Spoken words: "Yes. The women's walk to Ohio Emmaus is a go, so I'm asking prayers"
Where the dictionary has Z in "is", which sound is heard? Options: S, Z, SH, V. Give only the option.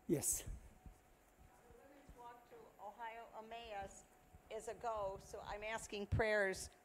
Z